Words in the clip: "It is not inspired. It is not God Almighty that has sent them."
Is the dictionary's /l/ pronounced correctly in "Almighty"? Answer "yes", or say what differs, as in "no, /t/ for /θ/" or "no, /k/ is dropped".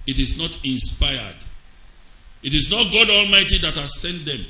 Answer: yes